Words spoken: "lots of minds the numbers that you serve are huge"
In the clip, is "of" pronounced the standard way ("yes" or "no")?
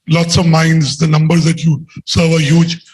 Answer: yes